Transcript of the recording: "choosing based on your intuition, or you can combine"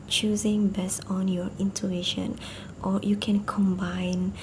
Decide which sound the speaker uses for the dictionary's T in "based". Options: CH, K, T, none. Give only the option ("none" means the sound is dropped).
none